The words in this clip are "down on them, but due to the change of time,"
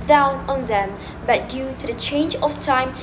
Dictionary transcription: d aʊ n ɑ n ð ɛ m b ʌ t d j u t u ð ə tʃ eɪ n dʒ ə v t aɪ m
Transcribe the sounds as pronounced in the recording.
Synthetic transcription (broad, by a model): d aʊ n ɑ n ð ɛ m b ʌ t d j u t u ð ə tʃ eɪ n dʒ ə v t aɪ m